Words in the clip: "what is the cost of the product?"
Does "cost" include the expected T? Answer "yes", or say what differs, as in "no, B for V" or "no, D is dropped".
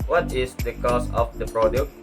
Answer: no, T is dropped